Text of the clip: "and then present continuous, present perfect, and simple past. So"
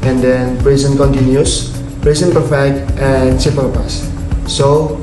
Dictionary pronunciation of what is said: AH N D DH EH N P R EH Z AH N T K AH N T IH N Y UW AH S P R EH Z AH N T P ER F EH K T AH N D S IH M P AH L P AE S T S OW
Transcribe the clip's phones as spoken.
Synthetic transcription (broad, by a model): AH N D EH N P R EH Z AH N K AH N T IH N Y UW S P R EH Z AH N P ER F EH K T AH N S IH P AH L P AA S S OW